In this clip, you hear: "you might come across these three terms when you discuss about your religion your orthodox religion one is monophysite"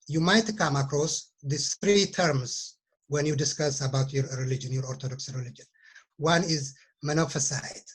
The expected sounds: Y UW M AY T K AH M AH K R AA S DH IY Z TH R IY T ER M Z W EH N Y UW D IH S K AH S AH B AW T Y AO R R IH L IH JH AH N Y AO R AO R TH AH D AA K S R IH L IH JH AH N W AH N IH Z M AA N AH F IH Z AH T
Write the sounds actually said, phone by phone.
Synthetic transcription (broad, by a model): Y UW M AY T K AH M AH K R AA S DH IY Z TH R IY T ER M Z W EH N Y UW D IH S K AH S AH B AW T Y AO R R IH L IH JH AH N Y AO R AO R T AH D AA K S R IH L IH JH AH N W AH N IH Z M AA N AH F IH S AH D